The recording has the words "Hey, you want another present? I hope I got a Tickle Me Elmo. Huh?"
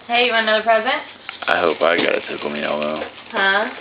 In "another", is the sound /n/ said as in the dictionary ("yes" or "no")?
no